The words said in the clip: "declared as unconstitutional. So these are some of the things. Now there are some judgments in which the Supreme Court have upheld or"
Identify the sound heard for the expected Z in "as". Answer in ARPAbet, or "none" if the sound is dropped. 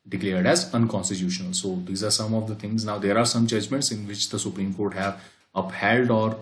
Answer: Z